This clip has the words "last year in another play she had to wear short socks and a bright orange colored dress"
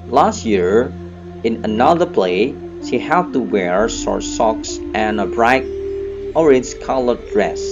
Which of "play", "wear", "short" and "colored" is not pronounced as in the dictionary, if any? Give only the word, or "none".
short